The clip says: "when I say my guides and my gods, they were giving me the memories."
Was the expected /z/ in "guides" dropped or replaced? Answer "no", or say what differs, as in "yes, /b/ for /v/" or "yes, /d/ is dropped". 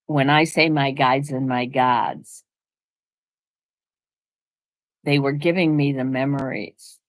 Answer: no